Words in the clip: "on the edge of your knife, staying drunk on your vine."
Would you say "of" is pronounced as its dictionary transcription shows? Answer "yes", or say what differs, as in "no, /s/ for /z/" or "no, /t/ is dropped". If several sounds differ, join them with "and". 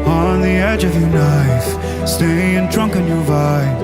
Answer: yes